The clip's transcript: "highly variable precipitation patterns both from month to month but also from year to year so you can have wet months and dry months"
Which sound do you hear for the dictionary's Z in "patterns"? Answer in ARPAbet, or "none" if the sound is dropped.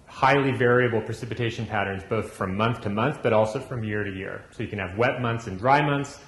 Z